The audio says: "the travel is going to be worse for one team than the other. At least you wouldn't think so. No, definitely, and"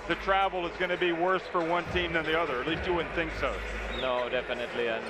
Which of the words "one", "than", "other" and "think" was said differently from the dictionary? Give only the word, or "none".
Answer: none